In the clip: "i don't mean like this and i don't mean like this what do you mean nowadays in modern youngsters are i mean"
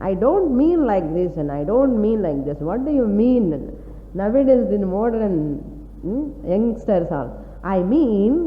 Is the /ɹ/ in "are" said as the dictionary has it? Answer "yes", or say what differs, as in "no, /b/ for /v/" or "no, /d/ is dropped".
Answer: no, /l/ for /ɹ/